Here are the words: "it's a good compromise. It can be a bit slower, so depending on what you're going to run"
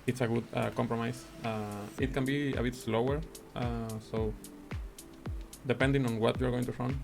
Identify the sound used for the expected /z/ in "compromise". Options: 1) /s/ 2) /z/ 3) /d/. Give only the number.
1